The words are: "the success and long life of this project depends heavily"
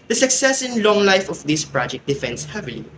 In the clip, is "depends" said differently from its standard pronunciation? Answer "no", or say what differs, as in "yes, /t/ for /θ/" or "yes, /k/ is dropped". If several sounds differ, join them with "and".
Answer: yes, /f/ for /p/